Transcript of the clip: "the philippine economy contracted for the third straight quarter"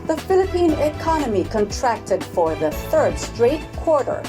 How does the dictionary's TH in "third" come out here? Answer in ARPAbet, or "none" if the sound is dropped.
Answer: TH